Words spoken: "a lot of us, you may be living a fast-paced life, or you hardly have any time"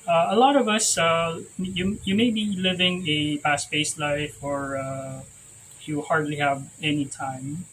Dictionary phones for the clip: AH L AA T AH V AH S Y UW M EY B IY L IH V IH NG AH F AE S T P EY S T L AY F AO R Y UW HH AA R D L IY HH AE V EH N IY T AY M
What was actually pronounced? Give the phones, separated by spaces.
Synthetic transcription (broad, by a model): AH L AA T AH V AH S Y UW M EY B IY L IH V IH NG AH P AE S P EY S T L AY F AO R Y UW HH AA R D L IY HH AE V EH N IY T AY M